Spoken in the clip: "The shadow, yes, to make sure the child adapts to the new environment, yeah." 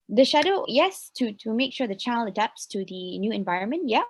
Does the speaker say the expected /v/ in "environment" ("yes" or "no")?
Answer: yes